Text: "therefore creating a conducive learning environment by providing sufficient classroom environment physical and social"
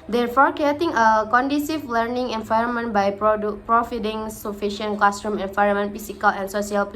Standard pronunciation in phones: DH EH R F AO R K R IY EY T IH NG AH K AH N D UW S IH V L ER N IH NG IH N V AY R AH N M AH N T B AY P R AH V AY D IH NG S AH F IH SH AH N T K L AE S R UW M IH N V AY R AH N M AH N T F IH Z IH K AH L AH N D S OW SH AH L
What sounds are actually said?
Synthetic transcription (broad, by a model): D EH R F AO R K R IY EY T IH NG AH K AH N D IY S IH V L ER N IH NG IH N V AY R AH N M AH N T B AY P R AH F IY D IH NG S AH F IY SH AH N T K L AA S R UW M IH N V AY R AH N M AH N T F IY S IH K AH L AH N S OW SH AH L